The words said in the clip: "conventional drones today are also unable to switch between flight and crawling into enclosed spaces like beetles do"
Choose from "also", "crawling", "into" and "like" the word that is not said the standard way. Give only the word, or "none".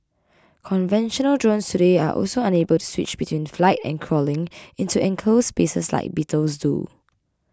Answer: none